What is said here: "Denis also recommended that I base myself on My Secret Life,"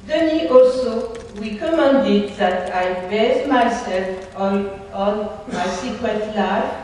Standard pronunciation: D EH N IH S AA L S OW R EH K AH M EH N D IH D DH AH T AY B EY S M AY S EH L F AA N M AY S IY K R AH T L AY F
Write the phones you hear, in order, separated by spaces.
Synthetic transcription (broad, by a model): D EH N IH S AA L S OW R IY K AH M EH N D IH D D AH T AY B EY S M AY S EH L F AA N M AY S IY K AH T L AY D